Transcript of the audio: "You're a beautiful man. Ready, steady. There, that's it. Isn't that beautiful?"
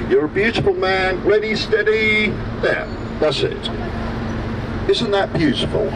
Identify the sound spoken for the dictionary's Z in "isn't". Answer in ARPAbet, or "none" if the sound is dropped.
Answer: Z